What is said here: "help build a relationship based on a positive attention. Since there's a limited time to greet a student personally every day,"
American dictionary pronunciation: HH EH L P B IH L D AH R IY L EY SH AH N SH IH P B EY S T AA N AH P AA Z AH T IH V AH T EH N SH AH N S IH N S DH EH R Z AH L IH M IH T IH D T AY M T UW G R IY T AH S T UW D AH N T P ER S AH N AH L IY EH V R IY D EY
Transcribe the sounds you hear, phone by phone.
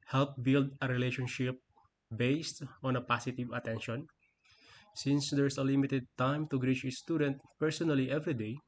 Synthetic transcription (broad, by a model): HH EH L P B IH L D AH R IY L EY SH AH N SH IH P B EY S T AA N AH P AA S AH T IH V AH T EH N SH AH N S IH N S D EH R S AH L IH M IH T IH D T AY M T UW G R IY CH AH S T UW D AH N T P ER S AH N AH L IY EH V R IY D EY